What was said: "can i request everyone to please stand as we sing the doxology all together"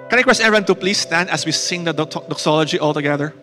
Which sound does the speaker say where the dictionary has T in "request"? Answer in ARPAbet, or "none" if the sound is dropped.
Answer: none